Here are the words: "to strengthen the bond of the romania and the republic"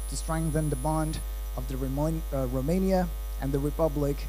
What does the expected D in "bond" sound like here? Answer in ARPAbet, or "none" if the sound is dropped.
D